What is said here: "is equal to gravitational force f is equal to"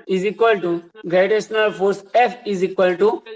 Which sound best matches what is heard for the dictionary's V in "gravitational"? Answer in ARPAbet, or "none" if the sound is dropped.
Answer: none